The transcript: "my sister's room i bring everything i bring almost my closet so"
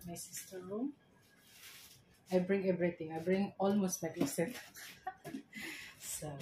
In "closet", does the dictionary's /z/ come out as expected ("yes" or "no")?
no